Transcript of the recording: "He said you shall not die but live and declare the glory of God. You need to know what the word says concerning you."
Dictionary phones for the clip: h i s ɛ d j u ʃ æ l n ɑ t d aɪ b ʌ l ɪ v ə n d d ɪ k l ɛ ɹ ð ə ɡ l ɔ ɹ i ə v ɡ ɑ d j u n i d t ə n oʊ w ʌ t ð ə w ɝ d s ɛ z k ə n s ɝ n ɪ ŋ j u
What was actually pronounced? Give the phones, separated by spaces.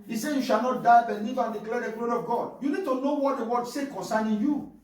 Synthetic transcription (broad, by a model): i s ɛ j u ʃ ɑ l n ɑ t d aɪ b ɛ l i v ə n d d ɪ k l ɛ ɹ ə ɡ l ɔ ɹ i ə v ɡ ɑ d j u n i d t ə n oʊ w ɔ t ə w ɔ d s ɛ k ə n s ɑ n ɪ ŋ j u